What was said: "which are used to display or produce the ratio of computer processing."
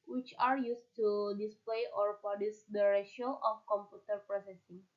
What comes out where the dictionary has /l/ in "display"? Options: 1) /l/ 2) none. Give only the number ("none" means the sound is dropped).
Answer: 1